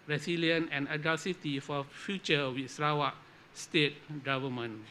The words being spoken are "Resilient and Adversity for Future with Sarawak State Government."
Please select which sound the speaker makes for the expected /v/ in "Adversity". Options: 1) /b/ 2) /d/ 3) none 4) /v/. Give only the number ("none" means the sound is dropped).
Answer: 3